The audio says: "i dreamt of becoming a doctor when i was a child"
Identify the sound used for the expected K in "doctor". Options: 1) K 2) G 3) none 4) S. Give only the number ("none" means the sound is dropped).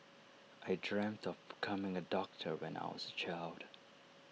1